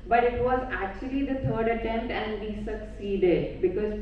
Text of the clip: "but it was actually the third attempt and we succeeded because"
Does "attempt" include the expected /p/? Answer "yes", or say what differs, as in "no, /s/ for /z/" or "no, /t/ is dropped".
no, /p/ is dropped